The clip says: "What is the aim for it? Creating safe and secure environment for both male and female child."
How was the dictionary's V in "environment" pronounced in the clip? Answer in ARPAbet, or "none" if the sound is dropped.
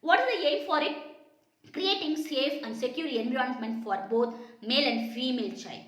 B